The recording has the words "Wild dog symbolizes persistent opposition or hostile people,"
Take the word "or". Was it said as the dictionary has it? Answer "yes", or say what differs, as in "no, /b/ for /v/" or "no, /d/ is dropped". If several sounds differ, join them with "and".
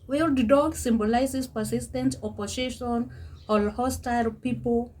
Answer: no, /l/ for /ɹ/